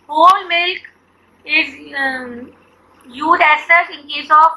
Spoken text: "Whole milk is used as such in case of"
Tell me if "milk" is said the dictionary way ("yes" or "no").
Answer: yes